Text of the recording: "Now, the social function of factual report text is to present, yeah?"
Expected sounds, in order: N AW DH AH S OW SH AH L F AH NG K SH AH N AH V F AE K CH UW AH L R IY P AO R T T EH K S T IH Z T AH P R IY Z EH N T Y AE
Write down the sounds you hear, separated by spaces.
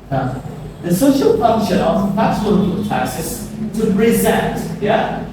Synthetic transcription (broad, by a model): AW DH AH S OW SH AH L F AH NG K SH AH N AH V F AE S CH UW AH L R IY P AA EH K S IH S T AH P R IY Z EH N T Y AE